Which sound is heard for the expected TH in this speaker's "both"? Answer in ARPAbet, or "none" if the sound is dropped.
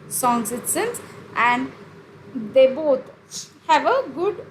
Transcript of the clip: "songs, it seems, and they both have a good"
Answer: T